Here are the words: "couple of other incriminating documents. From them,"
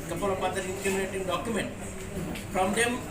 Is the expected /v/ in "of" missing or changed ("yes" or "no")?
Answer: yes